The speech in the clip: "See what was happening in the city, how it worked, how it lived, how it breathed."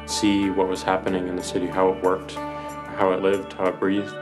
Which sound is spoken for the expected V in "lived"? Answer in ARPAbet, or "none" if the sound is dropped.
V